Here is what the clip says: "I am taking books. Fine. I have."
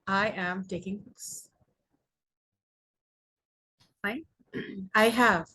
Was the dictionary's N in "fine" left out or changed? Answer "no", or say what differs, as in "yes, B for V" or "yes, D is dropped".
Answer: yes, N is dropped